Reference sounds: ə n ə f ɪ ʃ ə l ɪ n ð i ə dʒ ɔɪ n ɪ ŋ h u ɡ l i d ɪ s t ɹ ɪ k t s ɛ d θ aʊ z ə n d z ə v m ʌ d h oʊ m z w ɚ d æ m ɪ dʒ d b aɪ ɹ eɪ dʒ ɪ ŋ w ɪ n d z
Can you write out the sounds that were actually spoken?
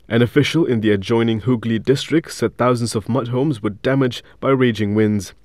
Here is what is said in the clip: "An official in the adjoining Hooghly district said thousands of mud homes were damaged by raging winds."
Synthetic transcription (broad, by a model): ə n ə f ɪ ʃ ə l ɪ n ð i ə dʒ ɔɪ n ɪ ŋ h u ɡ l i d ɪ s t ɹ ɪ k t s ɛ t θ aʊ z ə n d z ə v m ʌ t h oʊ m z w ɚ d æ m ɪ dʒ b aɪ ɹ eɪ dʒ ɪ ŋ w ɪ n d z